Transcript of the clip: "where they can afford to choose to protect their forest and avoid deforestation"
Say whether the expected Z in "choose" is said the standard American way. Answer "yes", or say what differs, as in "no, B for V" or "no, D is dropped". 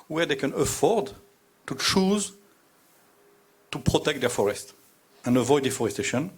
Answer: yes